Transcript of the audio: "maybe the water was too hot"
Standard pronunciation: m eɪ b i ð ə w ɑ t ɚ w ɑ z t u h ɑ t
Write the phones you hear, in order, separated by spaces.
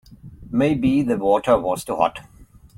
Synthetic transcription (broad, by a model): m eɪ b i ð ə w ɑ t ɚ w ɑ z t u h ɑ t